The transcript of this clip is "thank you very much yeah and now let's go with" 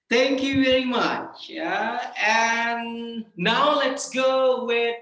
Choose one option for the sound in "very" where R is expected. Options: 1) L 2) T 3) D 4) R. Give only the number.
1